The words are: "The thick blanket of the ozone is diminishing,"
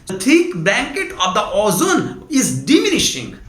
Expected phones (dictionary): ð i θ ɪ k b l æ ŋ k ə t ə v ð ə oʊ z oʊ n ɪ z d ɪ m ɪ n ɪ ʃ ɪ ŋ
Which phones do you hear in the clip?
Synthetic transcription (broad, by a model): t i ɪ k b æ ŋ k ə t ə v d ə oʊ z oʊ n ɪ z d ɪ m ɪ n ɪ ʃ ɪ ŋ